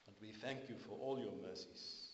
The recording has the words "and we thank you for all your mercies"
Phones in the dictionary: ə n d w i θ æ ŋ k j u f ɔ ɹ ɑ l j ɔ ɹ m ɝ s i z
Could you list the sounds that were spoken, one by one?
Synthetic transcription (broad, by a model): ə n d w i θ æ ŋ k j u f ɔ ɹ ɑ l j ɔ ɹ m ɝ s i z